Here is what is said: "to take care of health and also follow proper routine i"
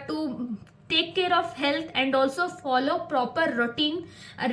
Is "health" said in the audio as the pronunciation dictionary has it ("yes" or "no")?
no